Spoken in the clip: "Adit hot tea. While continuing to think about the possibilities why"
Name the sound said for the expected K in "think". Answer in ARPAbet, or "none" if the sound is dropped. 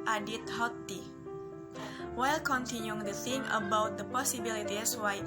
none